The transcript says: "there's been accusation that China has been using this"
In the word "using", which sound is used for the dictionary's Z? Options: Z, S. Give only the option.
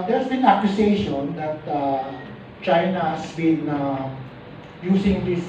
S